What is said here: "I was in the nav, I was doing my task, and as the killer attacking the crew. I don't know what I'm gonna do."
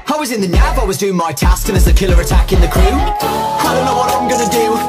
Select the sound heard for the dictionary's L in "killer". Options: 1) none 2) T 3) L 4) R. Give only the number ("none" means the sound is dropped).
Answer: 3